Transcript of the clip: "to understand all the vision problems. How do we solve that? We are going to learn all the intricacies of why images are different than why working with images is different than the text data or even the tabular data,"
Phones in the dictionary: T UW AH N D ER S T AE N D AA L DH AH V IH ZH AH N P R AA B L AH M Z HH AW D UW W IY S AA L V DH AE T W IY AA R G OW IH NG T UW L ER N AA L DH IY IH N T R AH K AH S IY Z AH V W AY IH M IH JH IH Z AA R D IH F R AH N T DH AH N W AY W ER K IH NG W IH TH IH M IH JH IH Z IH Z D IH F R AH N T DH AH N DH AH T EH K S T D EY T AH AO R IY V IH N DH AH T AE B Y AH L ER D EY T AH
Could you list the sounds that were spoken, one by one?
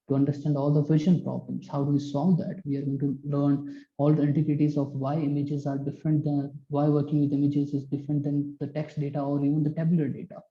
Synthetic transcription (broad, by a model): T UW AH N D ER S T AE N D AA L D AH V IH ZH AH N P R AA B L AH M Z HH AW D UW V IY S AA L V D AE T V IY AA R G OW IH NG T UW L ER N AA L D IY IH N T AH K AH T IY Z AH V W AY IH M IH JH IH Z AA R D IH F R AH N T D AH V AY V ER K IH NG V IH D IH M IH JH IH Z IH Z D IH F R AH N T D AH N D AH T EH K S T D EY T AH AO R IY V IH N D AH T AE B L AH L D EY T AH